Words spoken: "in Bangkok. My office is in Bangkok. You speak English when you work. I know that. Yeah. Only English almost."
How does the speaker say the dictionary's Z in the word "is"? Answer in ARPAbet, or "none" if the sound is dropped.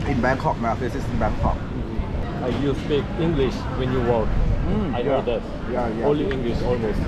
S